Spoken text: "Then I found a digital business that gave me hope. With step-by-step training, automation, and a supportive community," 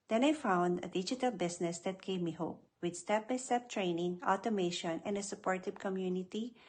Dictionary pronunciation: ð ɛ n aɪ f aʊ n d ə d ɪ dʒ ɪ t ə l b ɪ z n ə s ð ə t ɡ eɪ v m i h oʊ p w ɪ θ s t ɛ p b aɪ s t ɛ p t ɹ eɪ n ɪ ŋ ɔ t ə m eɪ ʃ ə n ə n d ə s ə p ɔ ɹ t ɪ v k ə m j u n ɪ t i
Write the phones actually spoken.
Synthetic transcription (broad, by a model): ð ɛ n aɪ f aʊ n d ə d ɪ dʒ ɪ t ə l b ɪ s n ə s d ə t ɡ eɪ v m i h oʊ p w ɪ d s t ɛ p b aɪ s t ɛ p t ɹ eɪ n ɪ ŋ ɔ t ə m eɪ ʃ ə n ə n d ə s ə p ɔ ɹ t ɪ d k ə m j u n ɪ t i